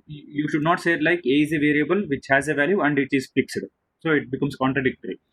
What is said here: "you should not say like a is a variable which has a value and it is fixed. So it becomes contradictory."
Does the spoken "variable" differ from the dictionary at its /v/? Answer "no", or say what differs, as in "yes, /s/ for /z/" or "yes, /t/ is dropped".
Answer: no